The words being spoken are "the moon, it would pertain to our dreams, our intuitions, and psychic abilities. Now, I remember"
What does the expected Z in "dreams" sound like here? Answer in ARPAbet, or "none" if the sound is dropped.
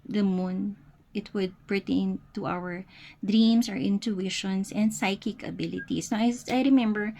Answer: S